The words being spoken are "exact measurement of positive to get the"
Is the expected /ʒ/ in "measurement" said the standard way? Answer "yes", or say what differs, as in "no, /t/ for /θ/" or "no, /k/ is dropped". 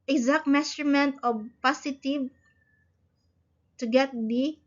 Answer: no, /s/ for /ʒ/